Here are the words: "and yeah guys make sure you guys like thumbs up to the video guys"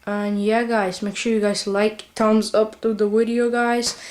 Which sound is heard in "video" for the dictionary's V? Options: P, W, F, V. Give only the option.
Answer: W